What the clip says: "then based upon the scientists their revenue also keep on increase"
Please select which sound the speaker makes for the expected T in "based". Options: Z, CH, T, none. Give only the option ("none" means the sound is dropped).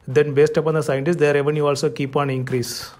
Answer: T